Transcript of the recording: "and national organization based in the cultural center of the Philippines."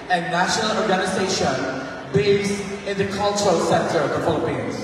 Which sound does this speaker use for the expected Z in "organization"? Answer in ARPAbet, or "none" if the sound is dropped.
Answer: Z